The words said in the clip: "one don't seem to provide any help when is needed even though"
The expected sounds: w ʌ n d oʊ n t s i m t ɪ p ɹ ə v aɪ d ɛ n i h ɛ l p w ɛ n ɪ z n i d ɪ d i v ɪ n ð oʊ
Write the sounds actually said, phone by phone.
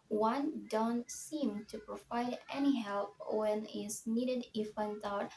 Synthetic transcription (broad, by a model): w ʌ n d oʊ n t s i m t ɪ p ɹ ə v aɪ d ɛ n i h ɛ l p w ɛ n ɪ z n i d ɪ d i f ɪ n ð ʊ